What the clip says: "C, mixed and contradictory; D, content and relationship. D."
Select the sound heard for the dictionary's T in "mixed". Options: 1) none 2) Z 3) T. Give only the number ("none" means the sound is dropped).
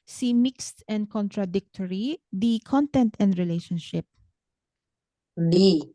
3